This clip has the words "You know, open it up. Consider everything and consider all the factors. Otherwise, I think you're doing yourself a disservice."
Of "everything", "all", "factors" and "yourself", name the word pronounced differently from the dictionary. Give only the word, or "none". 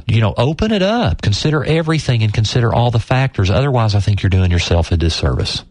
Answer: none